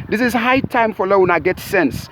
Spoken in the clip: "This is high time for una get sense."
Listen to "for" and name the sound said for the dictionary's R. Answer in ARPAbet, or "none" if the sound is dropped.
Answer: L